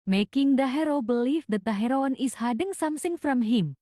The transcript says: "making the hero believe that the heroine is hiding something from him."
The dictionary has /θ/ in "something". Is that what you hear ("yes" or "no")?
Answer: no